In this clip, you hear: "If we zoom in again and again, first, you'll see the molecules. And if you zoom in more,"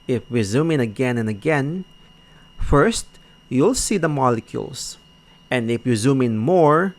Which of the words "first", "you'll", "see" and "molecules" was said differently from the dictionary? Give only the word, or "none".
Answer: molecules